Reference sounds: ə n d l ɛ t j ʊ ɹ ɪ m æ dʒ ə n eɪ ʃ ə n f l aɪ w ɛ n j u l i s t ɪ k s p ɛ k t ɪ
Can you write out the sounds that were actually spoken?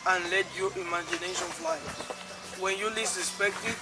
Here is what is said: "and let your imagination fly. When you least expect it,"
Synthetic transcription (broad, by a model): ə n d l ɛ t j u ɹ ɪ m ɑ dʒ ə n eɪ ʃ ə n f l aɪ w ɛ n j u l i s ɪ s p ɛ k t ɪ